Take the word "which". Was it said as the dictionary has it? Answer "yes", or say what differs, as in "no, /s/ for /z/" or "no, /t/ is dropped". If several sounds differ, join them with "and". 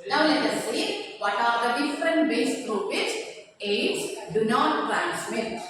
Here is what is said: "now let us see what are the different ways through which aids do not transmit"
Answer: no, /s/ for /tʃ/